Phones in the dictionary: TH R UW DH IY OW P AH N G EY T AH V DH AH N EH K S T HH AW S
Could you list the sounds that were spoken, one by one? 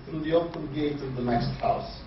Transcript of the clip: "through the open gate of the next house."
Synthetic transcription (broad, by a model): TH R UW DH IY OW P AH N G EY T AH V DH AH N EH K S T HH AW S